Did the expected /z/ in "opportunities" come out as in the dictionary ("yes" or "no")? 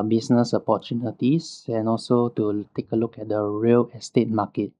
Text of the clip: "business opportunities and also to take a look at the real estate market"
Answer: no